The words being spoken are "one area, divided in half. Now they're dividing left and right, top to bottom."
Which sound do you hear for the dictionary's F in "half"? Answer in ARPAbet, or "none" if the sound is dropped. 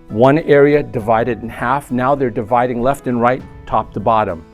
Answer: F